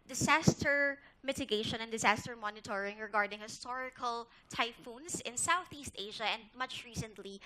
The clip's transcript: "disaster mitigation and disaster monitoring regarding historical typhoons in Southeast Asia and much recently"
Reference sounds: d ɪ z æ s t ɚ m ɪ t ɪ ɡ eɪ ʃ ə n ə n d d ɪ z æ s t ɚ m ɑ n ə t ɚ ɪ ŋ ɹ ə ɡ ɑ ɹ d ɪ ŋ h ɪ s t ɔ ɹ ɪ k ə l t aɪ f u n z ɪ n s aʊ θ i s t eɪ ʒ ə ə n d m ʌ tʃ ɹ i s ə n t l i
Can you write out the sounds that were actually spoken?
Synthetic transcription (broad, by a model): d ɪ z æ s t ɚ m ɪ t ɪ ɡ eɪ ʃ ə n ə n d d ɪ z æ s t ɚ m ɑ n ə t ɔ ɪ ŋ ɹ ə ɡ ɑ ɹ d ɪ ŋ h ɪ s t ɔ ɹ ɪ k ə l t aɪ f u n s ɪ n s aʊ θ i s t eɪ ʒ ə ə n d m ʌ tʃ ɹ i s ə n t l i